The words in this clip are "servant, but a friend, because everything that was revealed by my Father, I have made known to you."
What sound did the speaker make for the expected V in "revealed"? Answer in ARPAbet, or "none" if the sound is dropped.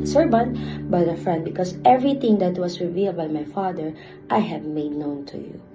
V